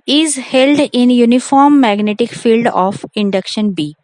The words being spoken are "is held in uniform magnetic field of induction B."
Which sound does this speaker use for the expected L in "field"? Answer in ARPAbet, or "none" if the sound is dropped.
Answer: L